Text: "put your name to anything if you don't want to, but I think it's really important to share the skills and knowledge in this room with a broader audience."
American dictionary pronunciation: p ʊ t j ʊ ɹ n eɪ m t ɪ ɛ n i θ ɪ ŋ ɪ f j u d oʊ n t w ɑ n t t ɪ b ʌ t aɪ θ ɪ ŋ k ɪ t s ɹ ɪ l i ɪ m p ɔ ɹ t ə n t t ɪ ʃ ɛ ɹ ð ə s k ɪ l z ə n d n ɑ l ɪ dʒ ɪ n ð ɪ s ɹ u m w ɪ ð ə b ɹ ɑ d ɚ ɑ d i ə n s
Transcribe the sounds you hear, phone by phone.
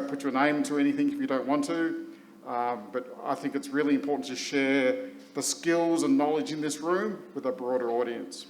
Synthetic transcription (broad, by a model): p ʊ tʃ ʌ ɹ n eɪ m t ɪ ɛ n i θ ɪ ŋ ɪ f j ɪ d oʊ n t w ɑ n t t ɪ b ʌ t aɪ θ ɪ ŋ k ɪ t s ɹ ɪ l i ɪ m p ɔ ɹ t n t t ɪ ʃ ɛ ɹ ð ə s k ɪ l z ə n n ɑ l ɪ dʒ ɪ n ð ɪ s ɹ u m w ɪ ð ə b ɹ ɑ d ɚ ɑ d i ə n s